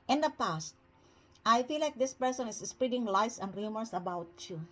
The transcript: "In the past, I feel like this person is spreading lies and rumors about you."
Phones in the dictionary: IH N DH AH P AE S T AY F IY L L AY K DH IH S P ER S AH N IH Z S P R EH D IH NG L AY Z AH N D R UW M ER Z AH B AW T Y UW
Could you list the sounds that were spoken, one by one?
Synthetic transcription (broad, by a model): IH N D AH P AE S T AY F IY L L AY K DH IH S P ER S AH N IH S S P R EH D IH NG L AY S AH N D R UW M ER S AH B AW T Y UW